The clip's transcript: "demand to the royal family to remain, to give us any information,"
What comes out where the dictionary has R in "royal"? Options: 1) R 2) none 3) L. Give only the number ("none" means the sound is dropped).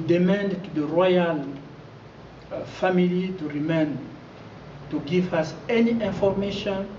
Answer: 1